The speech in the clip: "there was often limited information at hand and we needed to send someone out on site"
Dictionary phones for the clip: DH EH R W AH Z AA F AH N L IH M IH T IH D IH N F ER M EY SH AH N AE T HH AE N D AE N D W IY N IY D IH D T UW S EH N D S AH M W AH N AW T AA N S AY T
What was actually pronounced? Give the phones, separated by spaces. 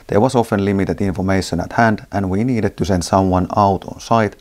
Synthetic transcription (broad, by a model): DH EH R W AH S AA F AH N L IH M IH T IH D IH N F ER M EY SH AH N AE T HH AE N D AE N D W IY N IY D IH D T UW S EH N D S AH M W AH N AW T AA N S AY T